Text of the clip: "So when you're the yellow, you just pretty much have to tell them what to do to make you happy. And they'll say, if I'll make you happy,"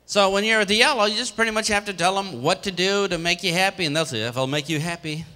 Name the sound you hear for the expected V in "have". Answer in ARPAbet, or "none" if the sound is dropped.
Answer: F